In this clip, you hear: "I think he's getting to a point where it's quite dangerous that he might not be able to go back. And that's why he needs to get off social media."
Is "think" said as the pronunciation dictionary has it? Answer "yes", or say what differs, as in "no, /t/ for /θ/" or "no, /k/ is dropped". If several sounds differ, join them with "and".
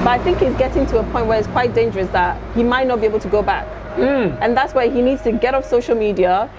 yes